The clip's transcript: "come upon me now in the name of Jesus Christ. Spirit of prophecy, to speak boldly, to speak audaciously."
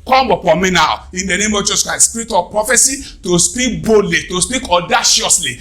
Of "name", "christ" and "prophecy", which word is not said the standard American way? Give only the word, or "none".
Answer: christ